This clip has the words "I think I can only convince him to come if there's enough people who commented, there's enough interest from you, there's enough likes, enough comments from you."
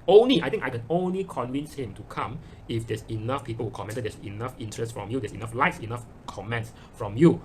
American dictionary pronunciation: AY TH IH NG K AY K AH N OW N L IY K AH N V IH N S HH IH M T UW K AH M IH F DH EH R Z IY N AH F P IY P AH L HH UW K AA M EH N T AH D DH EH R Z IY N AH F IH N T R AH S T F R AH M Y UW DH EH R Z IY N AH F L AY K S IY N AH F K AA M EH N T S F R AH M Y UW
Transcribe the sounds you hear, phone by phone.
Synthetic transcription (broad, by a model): AY T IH NG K AY K AH N OW N L IY K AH N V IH N S HH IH M T UW K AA M IH F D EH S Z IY N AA F P IY P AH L HH UW K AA M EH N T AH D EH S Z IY N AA F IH N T R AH S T F R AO M Y UW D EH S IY N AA F L AY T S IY N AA F K AA M EH N T S F R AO M Y UW